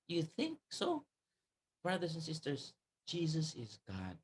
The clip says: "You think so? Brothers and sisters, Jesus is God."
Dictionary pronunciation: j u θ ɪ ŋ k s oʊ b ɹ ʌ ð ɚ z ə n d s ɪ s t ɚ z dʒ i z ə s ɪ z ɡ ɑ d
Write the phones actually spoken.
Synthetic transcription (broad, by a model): j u θ ɪ ŋ k s oʊ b ɹ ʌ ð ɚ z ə n s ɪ s t ɚ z dʒ i z ə s ɪ z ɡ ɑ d